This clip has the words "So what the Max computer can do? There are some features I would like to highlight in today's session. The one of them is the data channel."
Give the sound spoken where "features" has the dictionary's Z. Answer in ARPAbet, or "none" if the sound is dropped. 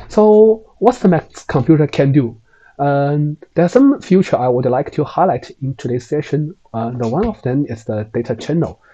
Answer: none